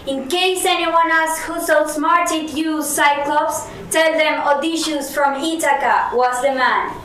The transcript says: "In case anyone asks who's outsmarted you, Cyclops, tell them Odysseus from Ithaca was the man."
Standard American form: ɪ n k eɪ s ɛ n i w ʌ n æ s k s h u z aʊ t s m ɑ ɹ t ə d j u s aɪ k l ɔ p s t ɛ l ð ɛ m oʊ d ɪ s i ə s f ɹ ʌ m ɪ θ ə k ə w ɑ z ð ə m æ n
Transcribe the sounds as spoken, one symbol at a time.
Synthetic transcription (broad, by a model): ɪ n k eɪ s ɛ n i w ʌ n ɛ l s h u s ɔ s m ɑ ɹ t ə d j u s aɪ k l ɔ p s t ɛ l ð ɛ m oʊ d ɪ ʃ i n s f ɹ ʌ m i t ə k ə w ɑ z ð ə m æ n